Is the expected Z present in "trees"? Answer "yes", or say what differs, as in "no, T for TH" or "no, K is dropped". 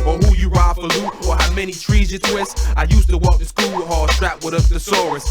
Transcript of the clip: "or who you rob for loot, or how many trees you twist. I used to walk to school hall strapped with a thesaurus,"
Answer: yes